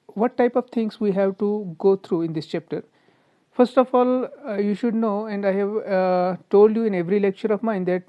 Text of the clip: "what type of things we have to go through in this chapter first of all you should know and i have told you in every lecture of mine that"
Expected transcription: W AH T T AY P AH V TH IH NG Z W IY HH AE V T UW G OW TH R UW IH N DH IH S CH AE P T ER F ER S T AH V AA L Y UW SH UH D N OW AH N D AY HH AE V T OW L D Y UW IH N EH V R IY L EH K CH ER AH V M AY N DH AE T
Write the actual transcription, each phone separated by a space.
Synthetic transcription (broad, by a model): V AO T T AY P AH V T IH NG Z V IY HH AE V T UW G OW T R UW IH N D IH S CH AE P T ER F ER S T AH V AA L Y UW SH UH D N OW AH N D AY HH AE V T OW L D Y UW IH N EH V R IY L EH K CH ER AH V M AY N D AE T